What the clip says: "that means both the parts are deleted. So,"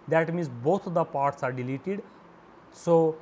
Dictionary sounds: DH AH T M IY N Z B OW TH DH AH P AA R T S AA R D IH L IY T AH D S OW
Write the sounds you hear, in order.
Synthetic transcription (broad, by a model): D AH T M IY N S B OW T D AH P AA R T S AA R D IH L IY T AH D S OW